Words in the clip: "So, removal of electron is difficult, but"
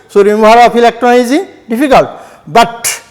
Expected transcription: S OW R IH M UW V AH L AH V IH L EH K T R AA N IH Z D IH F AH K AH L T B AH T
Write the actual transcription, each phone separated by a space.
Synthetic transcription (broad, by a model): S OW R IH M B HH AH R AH P IH L EH K T R AA N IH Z D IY P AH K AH L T B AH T